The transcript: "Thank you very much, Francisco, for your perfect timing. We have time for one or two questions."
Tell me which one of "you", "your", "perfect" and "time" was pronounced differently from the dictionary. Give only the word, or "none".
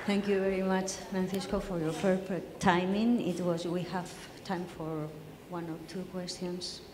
perfect